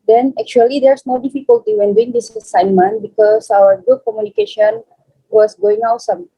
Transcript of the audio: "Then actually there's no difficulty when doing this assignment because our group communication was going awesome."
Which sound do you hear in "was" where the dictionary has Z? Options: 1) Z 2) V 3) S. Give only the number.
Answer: 3